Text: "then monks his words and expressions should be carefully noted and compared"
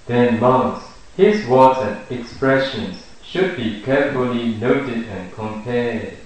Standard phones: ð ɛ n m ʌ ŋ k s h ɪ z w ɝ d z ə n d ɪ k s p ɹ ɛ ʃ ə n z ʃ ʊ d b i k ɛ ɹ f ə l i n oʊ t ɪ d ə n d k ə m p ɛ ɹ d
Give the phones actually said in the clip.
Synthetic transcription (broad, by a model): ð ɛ n m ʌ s h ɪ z w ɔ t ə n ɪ k s p ɹ ɛ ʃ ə n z ʃ ʊ d b i k ɛ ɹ f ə l i n oʊ t ɪ d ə n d k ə m p ɛ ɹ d